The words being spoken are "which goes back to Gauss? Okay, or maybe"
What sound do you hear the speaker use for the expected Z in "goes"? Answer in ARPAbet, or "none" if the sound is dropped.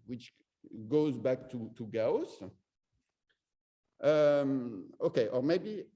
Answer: Z